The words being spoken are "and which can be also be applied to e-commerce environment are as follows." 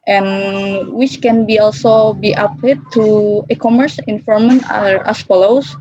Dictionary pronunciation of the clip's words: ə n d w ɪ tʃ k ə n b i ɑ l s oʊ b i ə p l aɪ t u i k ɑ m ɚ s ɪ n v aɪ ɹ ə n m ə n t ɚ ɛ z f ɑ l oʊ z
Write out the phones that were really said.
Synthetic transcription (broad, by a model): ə n w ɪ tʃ k ə n b i ɑ l s oʊ b i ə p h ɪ t u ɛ k ɑ m ɚ s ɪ n f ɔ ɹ m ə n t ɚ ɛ s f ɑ l oʊ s